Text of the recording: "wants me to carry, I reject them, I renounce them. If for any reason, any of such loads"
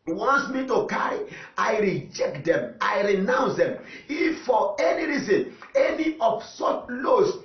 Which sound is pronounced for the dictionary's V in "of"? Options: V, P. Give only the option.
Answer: P